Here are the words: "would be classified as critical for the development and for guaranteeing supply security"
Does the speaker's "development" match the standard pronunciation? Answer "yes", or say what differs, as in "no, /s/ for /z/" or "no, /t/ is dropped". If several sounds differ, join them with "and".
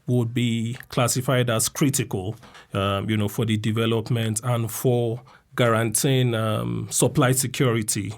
yes